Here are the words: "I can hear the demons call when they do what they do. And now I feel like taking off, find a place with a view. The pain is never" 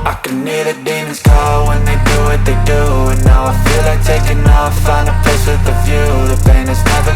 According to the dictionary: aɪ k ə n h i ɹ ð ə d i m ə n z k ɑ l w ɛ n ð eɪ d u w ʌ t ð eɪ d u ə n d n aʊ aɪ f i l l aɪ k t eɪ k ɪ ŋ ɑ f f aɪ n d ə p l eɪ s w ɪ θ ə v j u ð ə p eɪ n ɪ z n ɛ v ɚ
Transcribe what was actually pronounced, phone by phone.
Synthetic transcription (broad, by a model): aɪ k ə n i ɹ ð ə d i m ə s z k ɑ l w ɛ n ð eɪ d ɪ w ʌ t ð eɪ d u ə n n aʊ aɪ f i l l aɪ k t eɪ k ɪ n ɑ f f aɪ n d ə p eɪ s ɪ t ə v j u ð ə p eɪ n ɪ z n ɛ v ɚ